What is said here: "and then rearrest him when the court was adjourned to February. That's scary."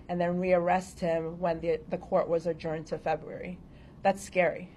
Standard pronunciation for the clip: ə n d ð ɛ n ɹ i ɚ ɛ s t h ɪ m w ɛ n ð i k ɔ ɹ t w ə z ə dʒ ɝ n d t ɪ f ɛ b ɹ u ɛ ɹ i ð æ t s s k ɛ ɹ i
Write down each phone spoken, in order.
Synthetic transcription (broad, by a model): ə n ð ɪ n ɹ i ɚ ɛ s t h ɪ m w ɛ n ð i k ɔ ɹ t w ə z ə dʒ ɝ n t ɪ f ɛ b ɹ u ɛ ɹ i ð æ t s s k ɛ ɹ i